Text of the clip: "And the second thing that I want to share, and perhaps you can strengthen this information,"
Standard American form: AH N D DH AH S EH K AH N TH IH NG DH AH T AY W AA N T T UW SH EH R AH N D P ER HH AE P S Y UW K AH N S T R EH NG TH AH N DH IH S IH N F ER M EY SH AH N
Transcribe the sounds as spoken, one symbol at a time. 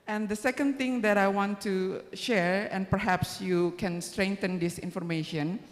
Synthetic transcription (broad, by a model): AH N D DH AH S EH K AH N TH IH NG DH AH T AY W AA N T T UW SH EH R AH N P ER HH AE P S Y UW K AH N S T R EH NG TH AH N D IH S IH N F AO M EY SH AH N